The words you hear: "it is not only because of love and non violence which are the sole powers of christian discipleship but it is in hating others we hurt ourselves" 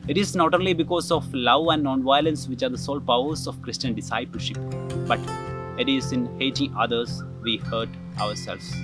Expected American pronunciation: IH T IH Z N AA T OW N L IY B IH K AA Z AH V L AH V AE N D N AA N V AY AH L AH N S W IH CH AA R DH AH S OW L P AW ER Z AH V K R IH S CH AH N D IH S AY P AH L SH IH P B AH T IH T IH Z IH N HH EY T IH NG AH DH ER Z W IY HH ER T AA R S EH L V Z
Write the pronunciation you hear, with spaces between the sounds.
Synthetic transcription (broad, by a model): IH T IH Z N AA T OW N L IY B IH K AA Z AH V L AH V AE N D N AA N V AY AH L AH N S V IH CH AA R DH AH S OW L P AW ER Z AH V K R IH S CH AH N D IH S AY P AH L SH IH P B AH T IH T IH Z IH N HH EY T IH NG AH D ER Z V IY HH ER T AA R S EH L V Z